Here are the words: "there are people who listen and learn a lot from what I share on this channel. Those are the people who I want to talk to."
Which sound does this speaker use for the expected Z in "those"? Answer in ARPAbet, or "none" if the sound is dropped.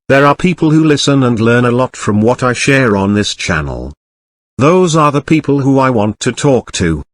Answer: Z